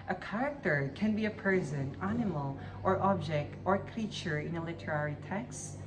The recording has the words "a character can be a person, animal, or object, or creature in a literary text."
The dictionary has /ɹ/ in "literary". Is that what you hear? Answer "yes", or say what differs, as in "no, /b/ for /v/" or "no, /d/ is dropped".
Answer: yes